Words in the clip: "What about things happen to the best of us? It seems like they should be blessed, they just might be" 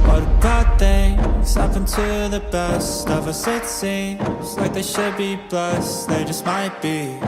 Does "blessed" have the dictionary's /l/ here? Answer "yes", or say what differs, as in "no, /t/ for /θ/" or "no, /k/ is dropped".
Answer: no, /l/ is dropped